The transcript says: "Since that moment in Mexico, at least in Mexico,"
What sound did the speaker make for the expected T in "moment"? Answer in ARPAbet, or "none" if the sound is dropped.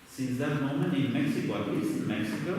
none